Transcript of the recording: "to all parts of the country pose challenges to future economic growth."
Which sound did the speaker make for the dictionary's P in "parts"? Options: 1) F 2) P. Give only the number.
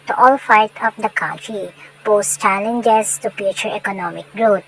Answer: 1